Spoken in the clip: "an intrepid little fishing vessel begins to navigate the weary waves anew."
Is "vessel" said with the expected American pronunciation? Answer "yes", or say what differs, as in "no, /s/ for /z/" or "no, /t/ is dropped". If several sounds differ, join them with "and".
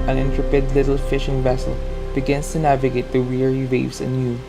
yes